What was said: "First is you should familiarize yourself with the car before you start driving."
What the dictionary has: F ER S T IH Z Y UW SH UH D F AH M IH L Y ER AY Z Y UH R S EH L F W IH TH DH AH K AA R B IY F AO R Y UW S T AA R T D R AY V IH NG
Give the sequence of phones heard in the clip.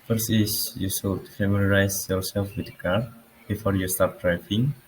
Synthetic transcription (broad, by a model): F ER S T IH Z Y UW S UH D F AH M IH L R AY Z Y UH R S EH L F W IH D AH K AA R B IY F AO R Y UW S T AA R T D R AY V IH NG